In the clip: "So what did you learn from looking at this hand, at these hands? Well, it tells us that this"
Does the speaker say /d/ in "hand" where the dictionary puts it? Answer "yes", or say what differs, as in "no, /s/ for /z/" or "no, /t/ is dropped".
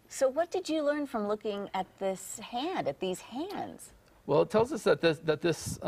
yes